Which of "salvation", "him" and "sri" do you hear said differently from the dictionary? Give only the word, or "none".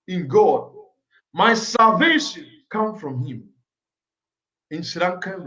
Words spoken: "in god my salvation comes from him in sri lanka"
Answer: sri